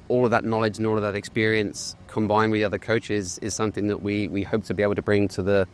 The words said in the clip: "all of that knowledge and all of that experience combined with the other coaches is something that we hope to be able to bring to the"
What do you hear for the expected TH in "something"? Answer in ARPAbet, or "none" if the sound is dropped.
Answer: TH